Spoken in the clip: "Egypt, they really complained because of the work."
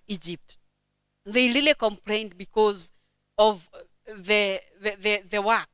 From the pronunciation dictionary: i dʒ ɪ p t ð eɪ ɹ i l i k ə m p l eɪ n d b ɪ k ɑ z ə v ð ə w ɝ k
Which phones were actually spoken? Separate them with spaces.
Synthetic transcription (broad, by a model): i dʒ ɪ p t ð eɪ ɹ i l i k ə m p l eɪ n d b ɪ k ɑ z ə v ð ə w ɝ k